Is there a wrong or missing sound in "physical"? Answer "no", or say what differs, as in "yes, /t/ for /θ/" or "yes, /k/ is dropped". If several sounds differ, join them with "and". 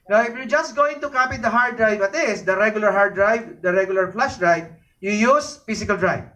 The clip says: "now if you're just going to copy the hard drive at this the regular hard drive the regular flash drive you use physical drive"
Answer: yes, /s/ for /z/